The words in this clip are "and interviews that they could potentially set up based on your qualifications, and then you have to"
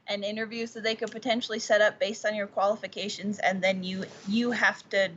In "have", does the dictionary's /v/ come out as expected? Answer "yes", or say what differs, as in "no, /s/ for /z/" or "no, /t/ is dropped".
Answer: no, /f/ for /v/